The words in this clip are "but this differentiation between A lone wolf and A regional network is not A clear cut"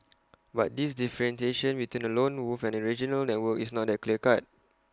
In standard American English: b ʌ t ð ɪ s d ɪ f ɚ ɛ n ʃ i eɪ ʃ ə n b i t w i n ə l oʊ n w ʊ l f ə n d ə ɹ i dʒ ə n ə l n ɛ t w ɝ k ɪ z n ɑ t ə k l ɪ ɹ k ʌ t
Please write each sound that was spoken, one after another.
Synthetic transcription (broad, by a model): b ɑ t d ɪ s d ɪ f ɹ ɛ n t eɪ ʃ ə n b i t w i n ə l oʊ n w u f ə n ə ɹ i dʒ ə n ə l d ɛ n w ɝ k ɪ s n ɑ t ə k l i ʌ k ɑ t